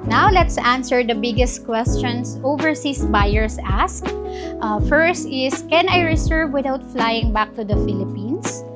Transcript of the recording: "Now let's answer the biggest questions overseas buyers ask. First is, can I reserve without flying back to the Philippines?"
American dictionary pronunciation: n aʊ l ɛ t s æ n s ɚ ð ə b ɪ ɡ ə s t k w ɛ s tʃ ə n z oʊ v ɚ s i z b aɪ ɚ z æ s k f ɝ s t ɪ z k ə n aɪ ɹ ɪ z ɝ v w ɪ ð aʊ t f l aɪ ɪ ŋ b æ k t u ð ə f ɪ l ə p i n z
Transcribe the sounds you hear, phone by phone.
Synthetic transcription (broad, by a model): n aʊ l ɛ t s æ n s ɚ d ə b ɪ ɡ ə s t k w ɛ s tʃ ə n s oʊ v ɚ s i s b aɪ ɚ s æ s k f ɝ s t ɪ s k ə n aɪ ɹ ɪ s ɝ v w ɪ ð aʊ t f l aɪ ɪ ŋ b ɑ k t u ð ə f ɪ l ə p i n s